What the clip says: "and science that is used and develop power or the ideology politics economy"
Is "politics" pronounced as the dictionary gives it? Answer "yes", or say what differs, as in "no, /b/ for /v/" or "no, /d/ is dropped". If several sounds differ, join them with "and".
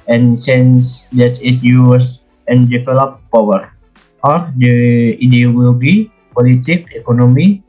no, /s/ is dropped